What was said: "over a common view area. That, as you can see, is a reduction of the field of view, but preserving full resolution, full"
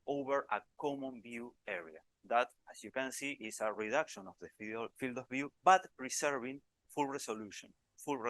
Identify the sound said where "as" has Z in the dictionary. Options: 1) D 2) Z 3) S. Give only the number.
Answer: 3